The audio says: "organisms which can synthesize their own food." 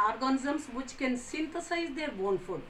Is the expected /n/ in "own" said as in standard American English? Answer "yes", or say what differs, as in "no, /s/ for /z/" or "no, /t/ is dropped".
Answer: yes